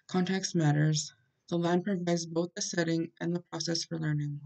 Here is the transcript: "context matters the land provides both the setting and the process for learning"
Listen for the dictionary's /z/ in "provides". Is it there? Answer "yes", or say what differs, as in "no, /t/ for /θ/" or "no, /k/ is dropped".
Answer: yes